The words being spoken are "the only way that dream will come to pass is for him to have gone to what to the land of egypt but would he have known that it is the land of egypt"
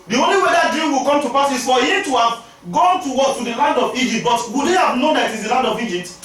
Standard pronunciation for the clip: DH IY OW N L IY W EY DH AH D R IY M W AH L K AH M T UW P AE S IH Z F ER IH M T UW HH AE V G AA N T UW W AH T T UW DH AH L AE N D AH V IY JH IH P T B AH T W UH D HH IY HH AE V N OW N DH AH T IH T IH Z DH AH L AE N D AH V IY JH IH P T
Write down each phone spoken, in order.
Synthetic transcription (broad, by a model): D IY OW N L IY W EY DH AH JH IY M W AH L K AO M T UW P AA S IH S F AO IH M T UW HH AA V G AA N T UW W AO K T UW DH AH L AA N D AH V IY JH IH P T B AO T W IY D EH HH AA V N OW N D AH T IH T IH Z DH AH L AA N D AH V IY JH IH P T